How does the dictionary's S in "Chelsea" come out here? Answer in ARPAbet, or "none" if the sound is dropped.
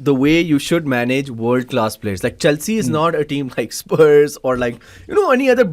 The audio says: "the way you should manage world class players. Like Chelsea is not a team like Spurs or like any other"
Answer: S